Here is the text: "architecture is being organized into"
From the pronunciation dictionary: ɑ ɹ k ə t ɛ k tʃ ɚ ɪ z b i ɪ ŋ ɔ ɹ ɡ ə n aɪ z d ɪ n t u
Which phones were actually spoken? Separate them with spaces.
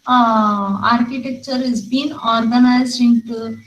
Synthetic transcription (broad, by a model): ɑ ɹ k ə t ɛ k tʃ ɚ ɪ z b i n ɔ ɹ ɡ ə n aɪ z ɪ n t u